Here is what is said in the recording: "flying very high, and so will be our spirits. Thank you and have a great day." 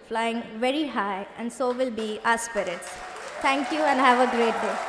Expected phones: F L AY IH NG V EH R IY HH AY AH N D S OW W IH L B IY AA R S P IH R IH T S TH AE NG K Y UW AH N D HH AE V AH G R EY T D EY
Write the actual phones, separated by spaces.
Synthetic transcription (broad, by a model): F L AY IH NG V EH R IY HH AY AH N D S OW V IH L B IY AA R S P IH R IH T S T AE NG K Y UW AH N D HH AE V AH G R EY T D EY